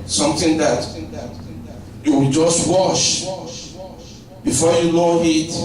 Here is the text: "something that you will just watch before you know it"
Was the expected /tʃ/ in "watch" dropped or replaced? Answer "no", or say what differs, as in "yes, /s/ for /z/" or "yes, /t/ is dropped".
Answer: yes, /ʃ/ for /tʃ/